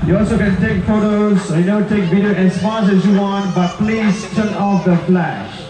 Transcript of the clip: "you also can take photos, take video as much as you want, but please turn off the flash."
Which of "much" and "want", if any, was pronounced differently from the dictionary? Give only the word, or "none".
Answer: much